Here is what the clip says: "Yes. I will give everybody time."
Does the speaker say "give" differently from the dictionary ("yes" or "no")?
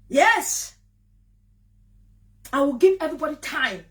no